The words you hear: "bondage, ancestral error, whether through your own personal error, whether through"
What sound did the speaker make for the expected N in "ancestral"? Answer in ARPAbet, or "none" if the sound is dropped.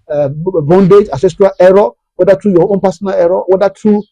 none